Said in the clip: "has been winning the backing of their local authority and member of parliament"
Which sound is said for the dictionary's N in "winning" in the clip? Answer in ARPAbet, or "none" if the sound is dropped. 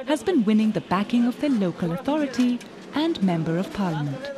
N